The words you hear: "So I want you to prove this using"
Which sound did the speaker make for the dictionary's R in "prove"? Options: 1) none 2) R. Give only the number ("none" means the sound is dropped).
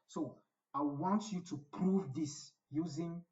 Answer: 2